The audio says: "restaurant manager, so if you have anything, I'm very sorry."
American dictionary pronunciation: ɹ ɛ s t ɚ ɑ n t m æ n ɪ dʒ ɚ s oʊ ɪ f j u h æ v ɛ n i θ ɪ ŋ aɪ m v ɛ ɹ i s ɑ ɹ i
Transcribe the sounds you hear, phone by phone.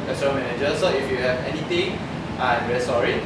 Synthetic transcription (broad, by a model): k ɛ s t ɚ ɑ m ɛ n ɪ dʒ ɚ s oʊ ɪ f j u h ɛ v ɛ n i t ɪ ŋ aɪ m v ɛ ɹ i s ɑ ɹ i